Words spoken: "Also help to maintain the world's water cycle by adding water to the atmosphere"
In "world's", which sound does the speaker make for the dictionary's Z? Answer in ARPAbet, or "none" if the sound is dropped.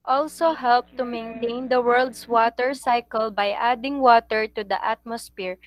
S